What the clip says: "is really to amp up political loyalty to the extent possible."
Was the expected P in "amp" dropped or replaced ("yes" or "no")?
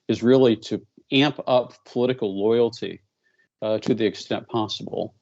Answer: no